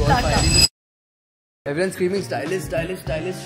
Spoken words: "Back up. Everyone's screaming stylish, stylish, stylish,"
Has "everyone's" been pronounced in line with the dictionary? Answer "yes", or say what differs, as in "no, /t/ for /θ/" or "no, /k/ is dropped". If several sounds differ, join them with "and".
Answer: no, /ɹ/ is dropped